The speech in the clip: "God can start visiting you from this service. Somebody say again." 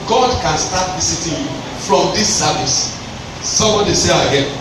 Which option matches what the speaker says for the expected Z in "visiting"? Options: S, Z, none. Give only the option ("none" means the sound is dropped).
S